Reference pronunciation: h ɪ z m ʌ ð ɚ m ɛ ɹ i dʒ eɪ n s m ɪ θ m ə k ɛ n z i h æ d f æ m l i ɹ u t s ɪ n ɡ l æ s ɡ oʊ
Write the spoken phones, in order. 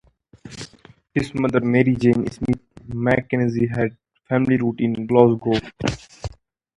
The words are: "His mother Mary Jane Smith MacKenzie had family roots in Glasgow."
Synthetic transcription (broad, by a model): h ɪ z m ʌ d ɚ m ɛ ɹ i dʒ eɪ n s m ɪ t m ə k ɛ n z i h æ d f æ m l i ɹ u t ɪ n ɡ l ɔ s ɡ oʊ